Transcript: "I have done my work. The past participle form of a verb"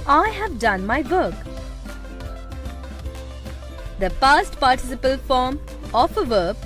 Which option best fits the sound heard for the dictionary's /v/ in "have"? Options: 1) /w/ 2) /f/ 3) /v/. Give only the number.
3